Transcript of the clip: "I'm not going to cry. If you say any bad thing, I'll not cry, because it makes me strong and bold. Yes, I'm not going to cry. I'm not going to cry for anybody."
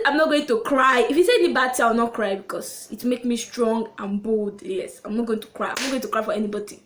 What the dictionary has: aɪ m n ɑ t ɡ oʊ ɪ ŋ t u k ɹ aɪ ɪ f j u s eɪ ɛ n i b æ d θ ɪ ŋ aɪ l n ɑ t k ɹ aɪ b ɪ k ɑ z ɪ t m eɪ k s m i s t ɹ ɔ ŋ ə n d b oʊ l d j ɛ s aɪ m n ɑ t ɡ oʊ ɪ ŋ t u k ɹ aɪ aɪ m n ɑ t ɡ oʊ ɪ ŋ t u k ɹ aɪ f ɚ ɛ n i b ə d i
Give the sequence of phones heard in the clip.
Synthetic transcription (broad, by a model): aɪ m n ɑ t ɡ oʊ ɪ ŋ t u k ɹ aɪ ɪ f j u s eɪ ɛ n i b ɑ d t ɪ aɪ w n ɑ t k ɹ aɪ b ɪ k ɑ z ɪ t m eɪ k s m i s t ɹ ɔ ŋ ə n b oʊ l d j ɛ s aɪ m n ɑ t ɡ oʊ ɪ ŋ t u k ɹ aɪ aɪ m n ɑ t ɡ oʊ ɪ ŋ t u k ɹ aɪ f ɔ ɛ n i b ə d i